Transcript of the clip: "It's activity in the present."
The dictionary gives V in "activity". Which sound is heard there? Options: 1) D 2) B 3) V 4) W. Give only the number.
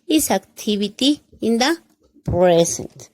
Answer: 2